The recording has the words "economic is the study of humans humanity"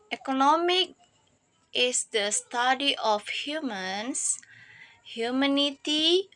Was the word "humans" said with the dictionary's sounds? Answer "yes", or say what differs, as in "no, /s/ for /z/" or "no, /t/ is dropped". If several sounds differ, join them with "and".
no, /s/ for /z/